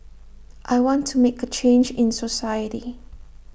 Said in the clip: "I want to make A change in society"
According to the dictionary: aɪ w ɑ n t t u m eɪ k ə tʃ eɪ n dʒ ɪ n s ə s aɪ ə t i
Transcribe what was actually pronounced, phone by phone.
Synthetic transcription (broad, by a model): aɪ w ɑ n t t u m eɪ k ə tʃ eɪ n dʒ ɪ n s ə s aɪ ə t i